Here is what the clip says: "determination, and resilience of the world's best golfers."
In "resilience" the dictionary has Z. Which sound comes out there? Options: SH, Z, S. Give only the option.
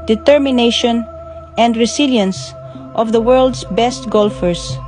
S